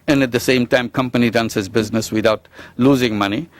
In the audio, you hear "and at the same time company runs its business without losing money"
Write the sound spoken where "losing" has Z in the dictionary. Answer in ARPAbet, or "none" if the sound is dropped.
Z